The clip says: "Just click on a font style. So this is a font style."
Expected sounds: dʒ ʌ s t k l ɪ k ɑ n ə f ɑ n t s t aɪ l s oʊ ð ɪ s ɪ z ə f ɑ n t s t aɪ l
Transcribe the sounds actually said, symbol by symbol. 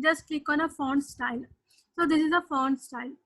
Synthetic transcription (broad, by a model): dʒ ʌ s t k ɪ k ɑ n ə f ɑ n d s t aɪ l s oʊ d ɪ s ɪ z ə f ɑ n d s t aɪ l